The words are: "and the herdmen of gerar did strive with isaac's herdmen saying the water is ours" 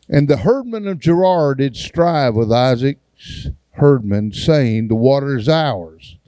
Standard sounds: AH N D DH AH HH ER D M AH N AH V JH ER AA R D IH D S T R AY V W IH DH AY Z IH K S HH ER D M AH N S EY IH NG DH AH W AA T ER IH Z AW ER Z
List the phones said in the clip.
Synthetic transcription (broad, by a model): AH N DH AH HH ER D M AH N AH V JH ER AA R D IH D S T R AY V W IH DH AY Z IH K S HH ER D M AH N S EY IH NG DH AH W AA T ER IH Z AW ER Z